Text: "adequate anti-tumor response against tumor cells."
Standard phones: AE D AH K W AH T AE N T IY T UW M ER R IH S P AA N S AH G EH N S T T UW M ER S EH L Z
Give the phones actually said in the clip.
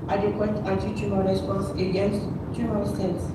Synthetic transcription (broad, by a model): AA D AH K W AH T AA T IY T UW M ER R IH S P AA N S AH G EH N S T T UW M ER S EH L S